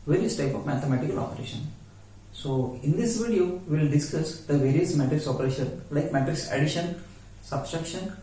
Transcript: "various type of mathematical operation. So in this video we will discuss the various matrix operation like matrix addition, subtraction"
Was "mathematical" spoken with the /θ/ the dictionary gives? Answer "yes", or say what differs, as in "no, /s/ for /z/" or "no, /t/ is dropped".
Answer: no, /t/ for /θ/